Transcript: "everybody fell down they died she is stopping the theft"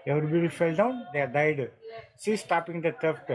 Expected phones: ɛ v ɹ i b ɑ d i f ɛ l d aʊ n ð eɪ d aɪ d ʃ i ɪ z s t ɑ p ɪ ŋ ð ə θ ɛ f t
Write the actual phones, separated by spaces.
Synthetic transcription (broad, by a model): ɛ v ɹ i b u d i f ɛ l d aʊ n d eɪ d aɪ d s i s t ɑ p ɪ ŋ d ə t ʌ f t